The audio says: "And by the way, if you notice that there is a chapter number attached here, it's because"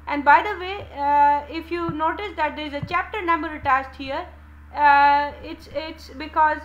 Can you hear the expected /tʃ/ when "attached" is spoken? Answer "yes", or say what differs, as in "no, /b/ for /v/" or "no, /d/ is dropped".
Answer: no, /s/ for /tʃ/